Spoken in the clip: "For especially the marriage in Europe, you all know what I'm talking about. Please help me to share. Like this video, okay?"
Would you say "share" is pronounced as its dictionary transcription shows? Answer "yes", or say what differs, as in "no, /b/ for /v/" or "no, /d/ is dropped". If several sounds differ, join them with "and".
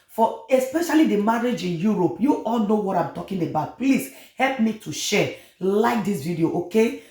no, /l/ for /ɹ/